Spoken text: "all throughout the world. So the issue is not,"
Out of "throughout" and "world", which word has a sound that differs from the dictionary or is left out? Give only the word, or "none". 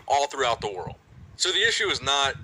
none